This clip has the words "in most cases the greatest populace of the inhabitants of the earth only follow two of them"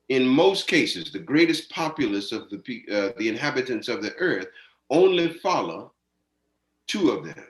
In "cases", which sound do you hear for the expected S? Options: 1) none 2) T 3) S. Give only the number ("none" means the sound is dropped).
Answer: 3